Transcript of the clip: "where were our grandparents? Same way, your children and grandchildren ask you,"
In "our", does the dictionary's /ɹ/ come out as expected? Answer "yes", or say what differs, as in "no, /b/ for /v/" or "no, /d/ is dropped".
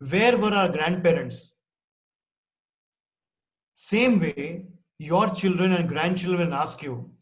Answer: yes